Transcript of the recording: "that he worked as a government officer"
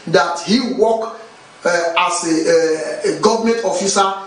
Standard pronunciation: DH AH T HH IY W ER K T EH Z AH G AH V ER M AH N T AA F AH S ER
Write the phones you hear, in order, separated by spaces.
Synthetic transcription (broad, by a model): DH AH T HH IY W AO K AA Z AH G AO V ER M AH N T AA F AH S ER